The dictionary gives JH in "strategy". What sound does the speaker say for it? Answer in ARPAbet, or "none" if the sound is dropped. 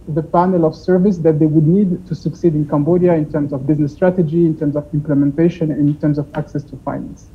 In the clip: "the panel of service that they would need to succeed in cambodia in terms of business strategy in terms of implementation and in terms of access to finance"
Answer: JH